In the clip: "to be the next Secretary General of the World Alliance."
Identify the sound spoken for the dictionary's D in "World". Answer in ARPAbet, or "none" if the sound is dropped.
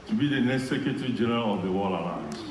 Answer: none